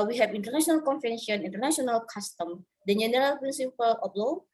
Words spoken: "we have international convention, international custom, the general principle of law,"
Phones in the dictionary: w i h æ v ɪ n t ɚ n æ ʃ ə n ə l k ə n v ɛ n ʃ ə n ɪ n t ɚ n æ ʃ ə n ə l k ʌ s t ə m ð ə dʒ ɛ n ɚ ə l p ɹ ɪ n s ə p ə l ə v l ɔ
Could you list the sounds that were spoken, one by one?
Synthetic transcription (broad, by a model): w i h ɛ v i n t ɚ n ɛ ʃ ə n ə l k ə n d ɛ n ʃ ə n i n t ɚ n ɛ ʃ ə n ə l k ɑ s t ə m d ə dʒ ɛ n ɚ ə l p ɹ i n s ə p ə l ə p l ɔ